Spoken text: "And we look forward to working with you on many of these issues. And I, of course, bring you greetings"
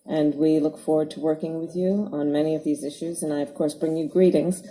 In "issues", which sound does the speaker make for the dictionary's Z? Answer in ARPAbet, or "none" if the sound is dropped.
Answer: Z